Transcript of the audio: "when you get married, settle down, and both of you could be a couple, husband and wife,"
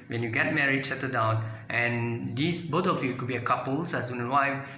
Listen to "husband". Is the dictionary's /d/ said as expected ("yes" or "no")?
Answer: no